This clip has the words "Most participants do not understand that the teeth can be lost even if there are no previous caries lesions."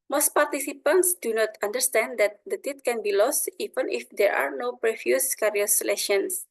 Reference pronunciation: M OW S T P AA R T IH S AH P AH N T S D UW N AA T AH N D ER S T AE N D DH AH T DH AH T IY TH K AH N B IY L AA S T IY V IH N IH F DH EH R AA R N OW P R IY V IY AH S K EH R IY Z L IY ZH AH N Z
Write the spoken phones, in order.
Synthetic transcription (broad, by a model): M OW S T P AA R T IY S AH P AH N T S D UW N AA T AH N D ER S T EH N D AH T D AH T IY T K AH N B IY L AA S T IY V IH N IH F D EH R AA R N OW P R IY F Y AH S K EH R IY S L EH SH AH N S